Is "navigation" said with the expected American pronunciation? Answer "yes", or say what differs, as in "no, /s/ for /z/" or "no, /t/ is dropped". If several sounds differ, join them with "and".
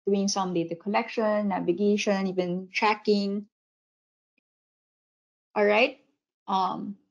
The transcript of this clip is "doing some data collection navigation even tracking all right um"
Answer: yes